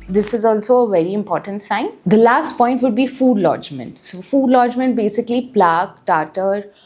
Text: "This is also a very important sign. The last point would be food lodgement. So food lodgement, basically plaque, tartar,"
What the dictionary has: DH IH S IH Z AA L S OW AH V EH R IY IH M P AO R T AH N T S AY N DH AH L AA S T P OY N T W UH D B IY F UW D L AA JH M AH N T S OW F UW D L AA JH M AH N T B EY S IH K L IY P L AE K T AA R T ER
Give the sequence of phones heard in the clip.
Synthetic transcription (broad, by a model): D IH S IH Z AA L S OW AH V EH R IY IH M P AO R T AH N T S AY N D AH L AA S T P OY N T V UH D B IY F UW D L AA JH M AH N T S OW F UW D L AA JH M AH N T B EY S IH K L IY P L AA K T AA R T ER